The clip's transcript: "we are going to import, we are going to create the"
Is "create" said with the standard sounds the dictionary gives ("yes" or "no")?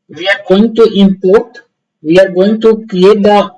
no